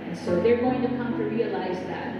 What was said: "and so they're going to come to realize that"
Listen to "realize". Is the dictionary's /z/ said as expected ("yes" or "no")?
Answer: yes